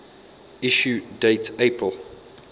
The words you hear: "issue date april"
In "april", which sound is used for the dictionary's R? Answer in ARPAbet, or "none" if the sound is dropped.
none